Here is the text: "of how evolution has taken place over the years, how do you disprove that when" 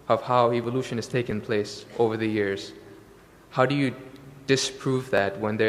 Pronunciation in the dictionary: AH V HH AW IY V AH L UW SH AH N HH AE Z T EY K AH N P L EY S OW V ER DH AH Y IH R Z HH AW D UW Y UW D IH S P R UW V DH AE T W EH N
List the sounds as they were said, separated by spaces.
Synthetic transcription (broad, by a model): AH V HH AW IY V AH L UW SH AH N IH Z T EY K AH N P L EY S OW V ER DH AH Y IH R Z HH AW D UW Y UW D IH S P R UW V DH AE T W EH N